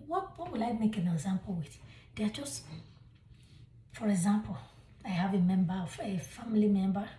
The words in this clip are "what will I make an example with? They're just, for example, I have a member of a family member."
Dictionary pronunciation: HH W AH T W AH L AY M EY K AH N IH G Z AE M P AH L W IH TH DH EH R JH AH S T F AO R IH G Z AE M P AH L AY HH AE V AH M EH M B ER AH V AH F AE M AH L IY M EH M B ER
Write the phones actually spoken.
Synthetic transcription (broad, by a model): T W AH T W AH L AY M EY K AH N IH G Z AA M P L W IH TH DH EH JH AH S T F AO R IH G Z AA M P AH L AY HH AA V AH M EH M B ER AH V AH F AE M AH L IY M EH M B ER